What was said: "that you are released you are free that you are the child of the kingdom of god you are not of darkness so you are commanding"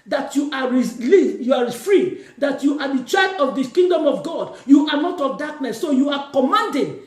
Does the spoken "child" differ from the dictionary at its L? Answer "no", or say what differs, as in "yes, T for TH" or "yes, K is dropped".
yes, L is dropped